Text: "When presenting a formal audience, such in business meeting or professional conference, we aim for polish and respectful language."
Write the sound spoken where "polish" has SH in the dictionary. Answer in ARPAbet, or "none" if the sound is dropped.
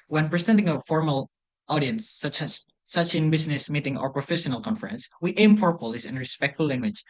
S